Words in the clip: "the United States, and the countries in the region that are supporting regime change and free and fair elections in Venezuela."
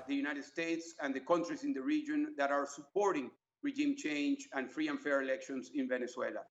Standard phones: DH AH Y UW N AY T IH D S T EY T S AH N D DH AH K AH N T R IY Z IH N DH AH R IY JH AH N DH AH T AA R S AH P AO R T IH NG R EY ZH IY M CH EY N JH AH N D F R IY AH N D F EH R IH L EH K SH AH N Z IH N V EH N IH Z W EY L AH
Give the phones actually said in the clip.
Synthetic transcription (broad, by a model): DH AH Y UW N AY T IH D S T EY T S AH N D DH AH K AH N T R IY S IH N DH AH R IY JH AH N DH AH T AA R S AH P AO R T IH NG R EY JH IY M CH EY N JH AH N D F R IY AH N F EH R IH L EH K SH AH N S IH N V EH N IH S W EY L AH